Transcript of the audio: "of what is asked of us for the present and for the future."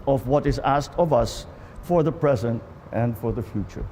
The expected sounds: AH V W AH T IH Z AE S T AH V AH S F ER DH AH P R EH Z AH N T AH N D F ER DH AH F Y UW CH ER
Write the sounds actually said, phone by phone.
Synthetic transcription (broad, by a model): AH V W AH T IH Z AE S T AH V AH S F ER DH AH P R EH Z AH N T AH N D F ER DH AH F Y UW CH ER